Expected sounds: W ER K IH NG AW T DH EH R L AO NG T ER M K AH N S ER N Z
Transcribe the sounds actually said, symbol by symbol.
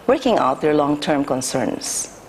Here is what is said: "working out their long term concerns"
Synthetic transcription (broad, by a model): W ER K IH NG AW T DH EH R L AO NG T ER M K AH N S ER N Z